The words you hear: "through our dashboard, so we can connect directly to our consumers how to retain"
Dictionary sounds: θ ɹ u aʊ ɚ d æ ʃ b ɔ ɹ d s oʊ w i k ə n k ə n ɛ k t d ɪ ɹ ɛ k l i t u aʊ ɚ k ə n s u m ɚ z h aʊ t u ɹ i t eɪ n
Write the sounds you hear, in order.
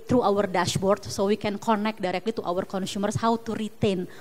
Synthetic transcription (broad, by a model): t ɹ u aʊ ɚ d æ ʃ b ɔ ɹ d s oʊ w i k ə n k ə n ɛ k d ɪ ɹ ɛ k l i t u aʊ ɚ k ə n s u m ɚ s h aʊ t u ɹ i t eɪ n